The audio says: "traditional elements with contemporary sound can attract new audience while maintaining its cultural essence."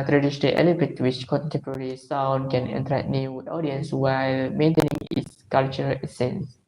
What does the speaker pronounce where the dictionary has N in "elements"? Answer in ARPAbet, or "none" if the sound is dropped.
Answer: none